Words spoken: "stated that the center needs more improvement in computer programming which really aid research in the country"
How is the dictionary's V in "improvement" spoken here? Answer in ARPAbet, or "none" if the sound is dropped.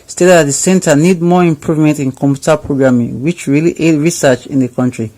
V